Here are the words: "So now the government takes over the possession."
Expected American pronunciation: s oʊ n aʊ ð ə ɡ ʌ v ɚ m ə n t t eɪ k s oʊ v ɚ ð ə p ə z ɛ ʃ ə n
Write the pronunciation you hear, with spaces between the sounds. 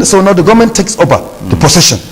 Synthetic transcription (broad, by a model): s oʊ n aʊ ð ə ɡ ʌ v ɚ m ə n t t eɪ k s oʊ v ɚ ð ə p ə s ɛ ʃ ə n